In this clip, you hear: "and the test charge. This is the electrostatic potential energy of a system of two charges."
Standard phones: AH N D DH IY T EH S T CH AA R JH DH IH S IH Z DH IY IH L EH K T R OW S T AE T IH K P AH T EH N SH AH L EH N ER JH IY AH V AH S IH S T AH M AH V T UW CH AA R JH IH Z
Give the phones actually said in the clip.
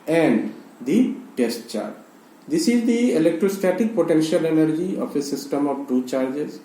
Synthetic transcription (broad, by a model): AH N D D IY T EH S T CH AA R JH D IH S IH Z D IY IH L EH K T R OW S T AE T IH K P AH T EH N SH AH L EH N ER JH IY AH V AH S IH S T AH M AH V T UW CH AA R JH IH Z